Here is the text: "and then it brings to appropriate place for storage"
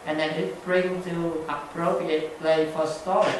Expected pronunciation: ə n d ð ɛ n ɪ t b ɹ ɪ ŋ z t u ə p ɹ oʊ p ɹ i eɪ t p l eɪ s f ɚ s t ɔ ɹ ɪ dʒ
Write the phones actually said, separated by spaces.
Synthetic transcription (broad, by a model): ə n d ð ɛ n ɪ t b ɹ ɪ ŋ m t u ə p ɹ oʊ p ɹ i eɪ t p l eɪ f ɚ s t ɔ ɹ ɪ